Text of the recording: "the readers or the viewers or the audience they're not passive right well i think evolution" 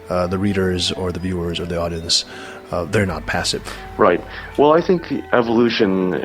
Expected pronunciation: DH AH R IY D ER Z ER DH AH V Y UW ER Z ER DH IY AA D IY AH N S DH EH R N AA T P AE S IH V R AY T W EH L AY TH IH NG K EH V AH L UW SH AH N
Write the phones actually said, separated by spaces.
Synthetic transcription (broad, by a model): DH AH R IY D ER Z ER DH AH V Y UW ER Z ER DH IY AA D IY AH N S DH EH R N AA T P AE S IH V R AY T W EH L AY TH IH NG K EH V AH L UW SH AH N